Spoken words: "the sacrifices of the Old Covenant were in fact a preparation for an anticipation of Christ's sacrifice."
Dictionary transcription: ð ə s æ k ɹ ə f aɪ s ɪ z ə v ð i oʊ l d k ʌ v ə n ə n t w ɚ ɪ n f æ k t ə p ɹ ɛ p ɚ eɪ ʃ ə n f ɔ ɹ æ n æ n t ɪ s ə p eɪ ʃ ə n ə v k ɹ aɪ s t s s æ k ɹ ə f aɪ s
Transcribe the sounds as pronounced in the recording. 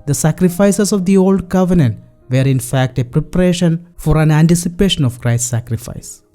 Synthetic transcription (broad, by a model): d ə s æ k ɹ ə f aɪ s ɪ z ə v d i oʊ l d k ʌ v ə n ə n t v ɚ ɪ n f æ k t ə p ɹ ɛ p ɚ eɪ ʃ ə n f ɔ ɹ æ n æ n t ɪ s ə p eɪ ʃ ə n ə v k ɹ aɪ s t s s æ k ɹ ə f aɪ s